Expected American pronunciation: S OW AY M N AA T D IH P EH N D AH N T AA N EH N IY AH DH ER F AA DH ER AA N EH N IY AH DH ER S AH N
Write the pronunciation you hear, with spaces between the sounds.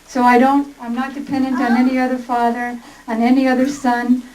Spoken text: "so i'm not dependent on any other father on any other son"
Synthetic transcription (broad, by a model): S OW AY M N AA T D IH P EH N D AH N T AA N EH N IY AH DH ER F AA DH ER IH N EH N IY AH DH ER S AH N